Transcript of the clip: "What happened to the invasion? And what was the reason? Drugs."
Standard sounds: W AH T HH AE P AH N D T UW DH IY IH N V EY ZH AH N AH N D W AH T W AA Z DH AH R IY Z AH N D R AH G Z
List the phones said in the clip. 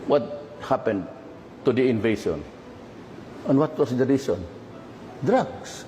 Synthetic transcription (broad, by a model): W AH T HH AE P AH N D T UW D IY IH N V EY S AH N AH N W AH T W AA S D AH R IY S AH N D R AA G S